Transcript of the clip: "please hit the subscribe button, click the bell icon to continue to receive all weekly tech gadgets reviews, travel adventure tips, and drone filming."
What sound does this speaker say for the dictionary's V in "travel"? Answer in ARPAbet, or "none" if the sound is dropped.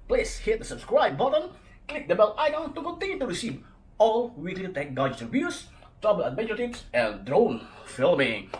B